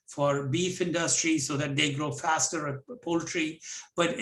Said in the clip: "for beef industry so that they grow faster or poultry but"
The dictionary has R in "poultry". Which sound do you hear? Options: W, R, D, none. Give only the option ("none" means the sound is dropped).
R